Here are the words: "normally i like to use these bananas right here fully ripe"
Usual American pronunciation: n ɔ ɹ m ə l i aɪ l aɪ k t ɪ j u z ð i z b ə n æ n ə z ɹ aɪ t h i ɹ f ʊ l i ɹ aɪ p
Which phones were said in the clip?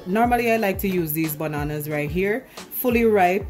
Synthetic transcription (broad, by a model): n ɔ ɹ m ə l i aɪ l aɪ k t ɪ j u z ð i z b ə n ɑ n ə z ɹ aɪ t h i ɹ f ʊ l i ɹ aɪ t